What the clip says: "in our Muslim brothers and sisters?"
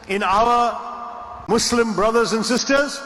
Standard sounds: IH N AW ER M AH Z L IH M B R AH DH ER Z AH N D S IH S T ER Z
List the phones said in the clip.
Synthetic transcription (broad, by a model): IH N AW ER M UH S L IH M B R AH DH ER Z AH N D S IH S T ER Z